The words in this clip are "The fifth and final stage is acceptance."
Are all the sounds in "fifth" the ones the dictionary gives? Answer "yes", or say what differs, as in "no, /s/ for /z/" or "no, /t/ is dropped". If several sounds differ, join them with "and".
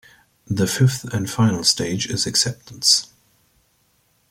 yes